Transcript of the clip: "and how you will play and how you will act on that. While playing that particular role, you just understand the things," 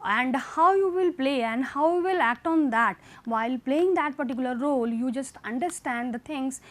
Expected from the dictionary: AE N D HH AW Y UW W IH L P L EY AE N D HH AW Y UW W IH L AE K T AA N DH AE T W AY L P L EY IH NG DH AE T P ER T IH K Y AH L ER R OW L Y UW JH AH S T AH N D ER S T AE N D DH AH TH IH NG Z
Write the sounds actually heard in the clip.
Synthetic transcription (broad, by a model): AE N D HH AW Y UW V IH L P L EY AE N D HH AW Y UW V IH L AE K T AA N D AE T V AY L P L EY IH NG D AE T P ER T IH K Y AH L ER R OW L Y UW JH AH S T AH N D ER S T AE N D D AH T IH NG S